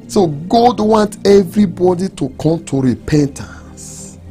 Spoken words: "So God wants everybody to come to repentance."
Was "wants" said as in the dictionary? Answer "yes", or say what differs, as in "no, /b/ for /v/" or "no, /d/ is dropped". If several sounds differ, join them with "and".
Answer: no, /s/ is dropped